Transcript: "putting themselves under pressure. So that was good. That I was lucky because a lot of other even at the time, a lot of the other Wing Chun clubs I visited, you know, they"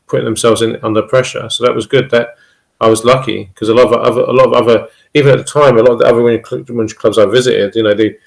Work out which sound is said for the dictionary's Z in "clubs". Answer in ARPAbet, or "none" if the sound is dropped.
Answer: Z